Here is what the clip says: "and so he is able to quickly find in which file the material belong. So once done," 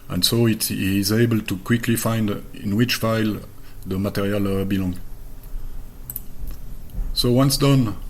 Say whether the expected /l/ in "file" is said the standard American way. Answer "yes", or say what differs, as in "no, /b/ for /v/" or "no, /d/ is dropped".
yes